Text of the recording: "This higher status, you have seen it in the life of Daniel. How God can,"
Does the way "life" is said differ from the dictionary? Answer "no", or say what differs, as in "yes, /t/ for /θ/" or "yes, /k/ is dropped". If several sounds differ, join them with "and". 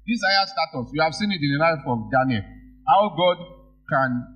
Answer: yes, /n/ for /l/